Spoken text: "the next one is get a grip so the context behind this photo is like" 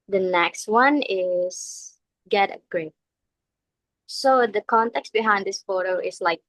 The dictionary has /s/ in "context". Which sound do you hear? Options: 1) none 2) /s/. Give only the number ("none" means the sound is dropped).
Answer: 2